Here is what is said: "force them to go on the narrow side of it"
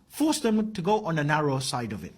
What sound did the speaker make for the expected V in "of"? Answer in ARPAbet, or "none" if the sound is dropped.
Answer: V